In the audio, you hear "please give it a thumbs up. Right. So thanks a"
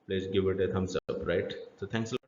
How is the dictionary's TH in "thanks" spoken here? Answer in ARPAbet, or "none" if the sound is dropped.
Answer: T